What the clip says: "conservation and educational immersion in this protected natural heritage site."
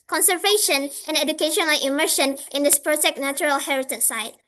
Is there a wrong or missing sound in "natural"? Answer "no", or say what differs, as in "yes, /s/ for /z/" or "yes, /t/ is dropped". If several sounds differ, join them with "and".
yes, /tʃ/ is dropped